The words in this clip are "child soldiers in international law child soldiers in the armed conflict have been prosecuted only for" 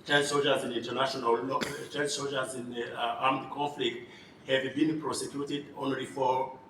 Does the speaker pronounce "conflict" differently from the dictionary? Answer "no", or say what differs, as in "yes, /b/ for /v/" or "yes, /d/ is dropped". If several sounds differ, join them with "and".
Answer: no